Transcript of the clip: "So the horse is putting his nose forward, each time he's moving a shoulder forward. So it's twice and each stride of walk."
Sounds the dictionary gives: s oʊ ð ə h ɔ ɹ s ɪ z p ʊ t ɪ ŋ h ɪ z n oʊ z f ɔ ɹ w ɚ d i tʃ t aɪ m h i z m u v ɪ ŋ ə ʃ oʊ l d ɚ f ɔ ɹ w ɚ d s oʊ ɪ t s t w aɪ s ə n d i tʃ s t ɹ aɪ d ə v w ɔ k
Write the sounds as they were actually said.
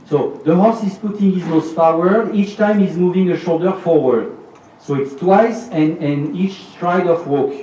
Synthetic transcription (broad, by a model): s oʊ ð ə h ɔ s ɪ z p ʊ t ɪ ŋ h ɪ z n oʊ s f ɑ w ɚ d i tʃ t aɪ m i z m u v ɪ ŋ ə ʃ oʊ l d ɚ f ɔ ɹ w ɚ d s oʊ ɪ t s t w aɪ s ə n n i tʃ s t ɹ aɪ d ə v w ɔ k